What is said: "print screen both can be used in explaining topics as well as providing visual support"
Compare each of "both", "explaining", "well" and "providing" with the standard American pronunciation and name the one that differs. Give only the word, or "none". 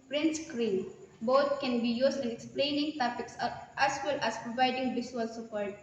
both